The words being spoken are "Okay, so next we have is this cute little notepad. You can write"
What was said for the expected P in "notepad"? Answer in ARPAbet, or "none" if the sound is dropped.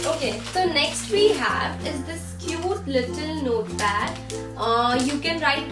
B